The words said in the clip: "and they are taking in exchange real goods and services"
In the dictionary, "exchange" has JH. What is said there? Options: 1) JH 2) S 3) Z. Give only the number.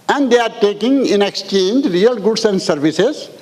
1